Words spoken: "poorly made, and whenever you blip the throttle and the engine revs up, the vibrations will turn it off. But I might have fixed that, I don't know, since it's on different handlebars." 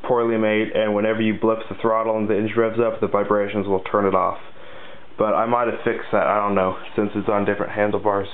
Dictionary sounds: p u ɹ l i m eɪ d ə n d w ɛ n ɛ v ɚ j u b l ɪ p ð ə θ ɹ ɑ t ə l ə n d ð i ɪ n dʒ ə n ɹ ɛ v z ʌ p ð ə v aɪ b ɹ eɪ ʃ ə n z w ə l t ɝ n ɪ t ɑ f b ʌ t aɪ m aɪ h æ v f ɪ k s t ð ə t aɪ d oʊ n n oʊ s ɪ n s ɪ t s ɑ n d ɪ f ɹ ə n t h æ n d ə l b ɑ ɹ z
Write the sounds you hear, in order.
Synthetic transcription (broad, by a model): p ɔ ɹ l i m eɪ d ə n w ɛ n ɛ v ɚ j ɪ b l ɪ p ð ə θ ɹ ɑ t l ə n ð i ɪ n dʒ ɹ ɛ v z ʌ p ð ə v aɪ b ɹ eɪ ʃ ə n z w ə l t ɝ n ɪ t ɑ f b ʌ t aɪ m aɪ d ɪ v f ɪ k s ð ə t aɪ d oʊ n n oʊ s ɪ n s ɪ t s n d ɪ f ɹ ə n t h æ n d l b ɑ ɹ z